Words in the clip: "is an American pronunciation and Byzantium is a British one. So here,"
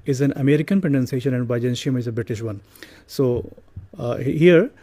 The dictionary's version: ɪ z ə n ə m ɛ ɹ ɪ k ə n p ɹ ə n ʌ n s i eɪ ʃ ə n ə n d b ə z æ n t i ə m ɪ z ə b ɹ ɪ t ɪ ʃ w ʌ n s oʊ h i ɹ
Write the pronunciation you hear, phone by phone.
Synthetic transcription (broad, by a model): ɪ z ə n ə m ɛ ɹ ɪ k ə n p ə n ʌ n s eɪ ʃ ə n ə n d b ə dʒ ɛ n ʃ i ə m ɪ z ə b ɹ ɪ t ɪ ʃ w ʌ n s oʊ h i ɹ